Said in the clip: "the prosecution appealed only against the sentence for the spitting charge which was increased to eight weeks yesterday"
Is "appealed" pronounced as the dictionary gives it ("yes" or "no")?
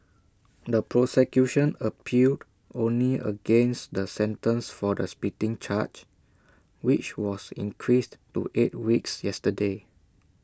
no